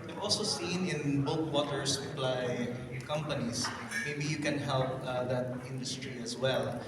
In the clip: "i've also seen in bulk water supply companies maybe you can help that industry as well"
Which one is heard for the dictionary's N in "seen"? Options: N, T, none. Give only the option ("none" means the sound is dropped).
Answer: N